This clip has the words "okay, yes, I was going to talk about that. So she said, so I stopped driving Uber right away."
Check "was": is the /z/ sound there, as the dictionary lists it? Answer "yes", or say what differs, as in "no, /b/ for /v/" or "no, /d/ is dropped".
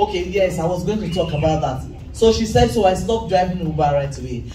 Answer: yes